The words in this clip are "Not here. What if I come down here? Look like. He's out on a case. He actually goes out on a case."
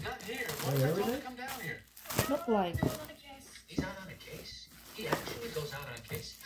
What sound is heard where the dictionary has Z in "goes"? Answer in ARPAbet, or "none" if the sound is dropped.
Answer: Z